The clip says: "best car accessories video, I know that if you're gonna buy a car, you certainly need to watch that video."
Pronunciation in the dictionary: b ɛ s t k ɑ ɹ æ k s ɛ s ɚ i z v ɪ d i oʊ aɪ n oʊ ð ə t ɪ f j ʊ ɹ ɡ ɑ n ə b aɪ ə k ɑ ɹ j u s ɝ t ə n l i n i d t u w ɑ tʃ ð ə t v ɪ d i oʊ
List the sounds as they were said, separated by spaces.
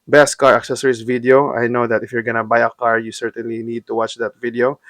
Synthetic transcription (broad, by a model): b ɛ s t k ɑ ɹ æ k s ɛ s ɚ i s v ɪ d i oʊ aɪ n oʊ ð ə t ɪ f j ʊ ɹ ɡ ɑ n ə b aɪ ə k ɑ ɹ j u s ɝ t ə n l i n i d t u w ɑ tʃ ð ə t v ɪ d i oʊ